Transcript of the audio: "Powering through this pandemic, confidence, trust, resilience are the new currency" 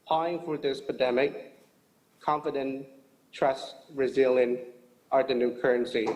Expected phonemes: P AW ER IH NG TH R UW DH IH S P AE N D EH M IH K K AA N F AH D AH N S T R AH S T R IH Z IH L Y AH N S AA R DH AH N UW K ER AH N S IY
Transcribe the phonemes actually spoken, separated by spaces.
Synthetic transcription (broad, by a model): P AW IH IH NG F R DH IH S P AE N D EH M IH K K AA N F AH D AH N T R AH S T R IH Z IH L Y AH N AA R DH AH N UW K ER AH N S IY